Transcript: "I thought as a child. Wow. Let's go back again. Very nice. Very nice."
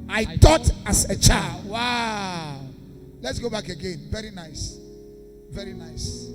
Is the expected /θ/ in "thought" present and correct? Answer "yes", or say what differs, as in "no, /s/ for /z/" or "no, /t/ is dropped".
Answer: no, /t/ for /θ/